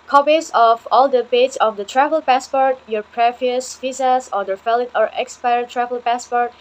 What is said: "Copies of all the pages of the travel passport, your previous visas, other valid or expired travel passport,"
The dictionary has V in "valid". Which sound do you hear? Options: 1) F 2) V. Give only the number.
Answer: 1